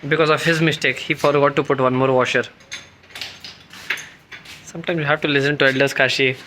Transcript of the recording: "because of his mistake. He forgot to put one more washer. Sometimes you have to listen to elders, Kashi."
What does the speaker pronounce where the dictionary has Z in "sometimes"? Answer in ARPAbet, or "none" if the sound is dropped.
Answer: none